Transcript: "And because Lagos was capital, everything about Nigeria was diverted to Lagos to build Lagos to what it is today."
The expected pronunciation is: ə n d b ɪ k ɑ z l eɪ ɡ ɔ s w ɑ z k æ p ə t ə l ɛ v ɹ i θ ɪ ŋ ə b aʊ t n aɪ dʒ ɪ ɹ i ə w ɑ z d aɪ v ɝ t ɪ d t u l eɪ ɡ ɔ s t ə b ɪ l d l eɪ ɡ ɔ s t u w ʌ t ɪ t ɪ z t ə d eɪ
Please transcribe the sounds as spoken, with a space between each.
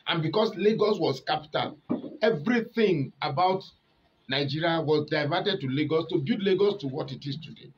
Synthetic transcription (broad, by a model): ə n b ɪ k ɑ s l eɪ ɡ ɔ s w ɑ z k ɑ p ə t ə l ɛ v ɹ i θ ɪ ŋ ə b aʊ t n aɪ dʒ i ɹ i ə w ɑ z d aɪ v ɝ t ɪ d t u l eɪ ɡ ɔ s t ə b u d l eɪ ɡ ɔ s t u w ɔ t ɪ t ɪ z t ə d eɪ